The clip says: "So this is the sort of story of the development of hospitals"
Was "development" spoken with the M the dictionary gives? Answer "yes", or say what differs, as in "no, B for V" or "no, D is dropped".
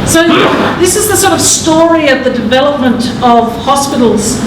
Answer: yes